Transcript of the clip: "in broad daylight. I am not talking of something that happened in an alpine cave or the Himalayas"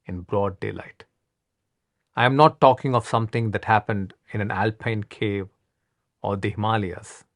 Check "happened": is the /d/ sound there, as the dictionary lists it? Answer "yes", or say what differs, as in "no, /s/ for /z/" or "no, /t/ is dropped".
yes